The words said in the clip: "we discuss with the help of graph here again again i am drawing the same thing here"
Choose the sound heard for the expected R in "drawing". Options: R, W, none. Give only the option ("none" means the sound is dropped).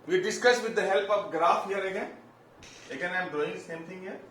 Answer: none